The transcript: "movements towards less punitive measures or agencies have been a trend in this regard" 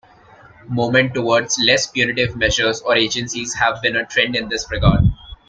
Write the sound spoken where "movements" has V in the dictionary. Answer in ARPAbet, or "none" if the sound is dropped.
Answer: none